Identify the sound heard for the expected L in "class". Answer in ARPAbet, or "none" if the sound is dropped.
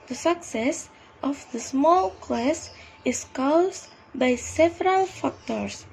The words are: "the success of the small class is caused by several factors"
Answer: L